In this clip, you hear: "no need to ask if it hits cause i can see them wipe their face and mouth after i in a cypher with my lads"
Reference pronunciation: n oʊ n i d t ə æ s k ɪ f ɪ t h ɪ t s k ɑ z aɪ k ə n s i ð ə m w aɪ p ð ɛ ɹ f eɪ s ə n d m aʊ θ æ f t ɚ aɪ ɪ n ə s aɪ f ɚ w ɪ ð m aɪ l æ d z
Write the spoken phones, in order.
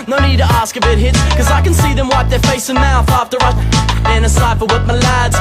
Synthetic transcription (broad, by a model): n oʊ n i d t ə æ s k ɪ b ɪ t h ɪ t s k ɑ z aɪ k ə n s i ð ə m w aɪ p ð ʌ ɹ f eɪ s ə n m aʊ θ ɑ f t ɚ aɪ ɪ n ə s aɪ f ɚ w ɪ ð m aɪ l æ d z